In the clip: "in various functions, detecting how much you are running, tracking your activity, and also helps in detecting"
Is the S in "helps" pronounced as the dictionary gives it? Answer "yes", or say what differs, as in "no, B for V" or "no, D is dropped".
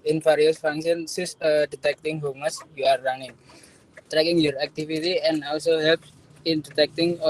no, S is dropped